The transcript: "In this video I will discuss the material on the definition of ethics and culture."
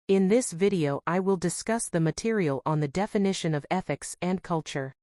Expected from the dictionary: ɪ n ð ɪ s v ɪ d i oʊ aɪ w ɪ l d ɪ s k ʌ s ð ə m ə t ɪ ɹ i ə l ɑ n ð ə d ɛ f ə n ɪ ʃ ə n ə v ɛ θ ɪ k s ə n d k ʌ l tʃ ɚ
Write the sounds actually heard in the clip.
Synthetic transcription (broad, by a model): ɪ n ð ɪ s v ɪ d i oʊ aɪ w ɪ l d ɪ s k ʌ s ð ə m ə t ɪ ɹ i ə l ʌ n ð ə d ɛ f ə n ɪ ʃ ə n ə v ɛ θ ɪ k s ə n k ʌ l tʃ ɚ